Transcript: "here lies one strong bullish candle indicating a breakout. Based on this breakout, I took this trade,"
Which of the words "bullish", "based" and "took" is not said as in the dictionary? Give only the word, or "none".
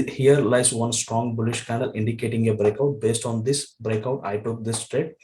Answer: none